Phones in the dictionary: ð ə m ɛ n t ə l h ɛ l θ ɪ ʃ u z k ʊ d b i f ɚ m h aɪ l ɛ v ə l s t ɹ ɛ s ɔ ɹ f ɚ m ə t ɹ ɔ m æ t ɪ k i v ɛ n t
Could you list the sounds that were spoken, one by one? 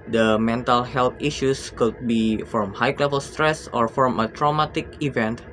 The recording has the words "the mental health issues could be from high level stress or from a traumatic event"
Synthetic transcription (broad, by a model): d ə m ɛ n t ə l h ɛ l t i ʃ u s k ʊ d b i f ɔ m h aɪ l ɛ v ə l s t ɹ ɛ s ɔ ɹ f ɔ m ə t ɹ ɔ m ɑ t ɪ k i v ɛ n t